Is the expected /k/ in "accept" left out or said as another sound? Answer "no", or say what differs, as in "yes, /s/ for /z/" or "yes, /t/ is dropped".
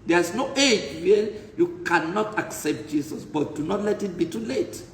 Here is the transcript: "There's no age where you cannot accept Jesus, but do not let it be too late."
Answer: no